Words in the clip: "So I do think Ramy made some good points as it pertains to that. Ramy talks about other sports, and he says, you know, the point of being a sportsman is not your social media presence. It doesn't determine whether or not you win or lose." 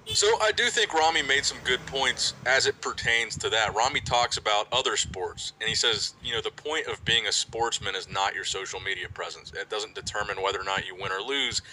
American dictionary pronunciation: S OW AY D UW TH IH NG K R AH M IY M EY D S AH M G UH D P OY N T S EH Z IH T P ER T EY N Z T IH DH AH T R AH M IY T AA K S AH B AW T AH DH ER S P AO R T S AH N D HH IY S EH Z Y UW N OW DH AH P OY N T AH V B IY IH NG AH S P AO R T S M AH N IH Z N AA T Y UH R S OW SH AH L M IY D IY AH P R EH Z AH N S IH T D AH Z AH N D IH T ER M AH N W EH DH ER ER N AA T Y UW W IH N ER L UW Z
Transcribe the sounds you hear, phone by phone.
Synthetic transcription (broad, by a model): S OW AY D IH TH IH NG K R AH M IY M EY D S AH M G UH D P OY N T S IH Z IH T P ER T EY N Z T IH DH AH T R AH M IY T AA K S AH B AW T AH DH ER S P AO R T S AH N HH IY S EH Z Y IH N OW DH AH P OY N T AH V B IY IH NG AH S P AO R T S M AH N IH Z N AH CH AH R S OW SH L M IY D IY AH P R EH Z AH N S IH T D AH Z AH N D IH T ER M AH N W EH DH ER ER N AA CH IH W IH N ER L UW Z